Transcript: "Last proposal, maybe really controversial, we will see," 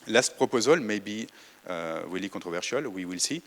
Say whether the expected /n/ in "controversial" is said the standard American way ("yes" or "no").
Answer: no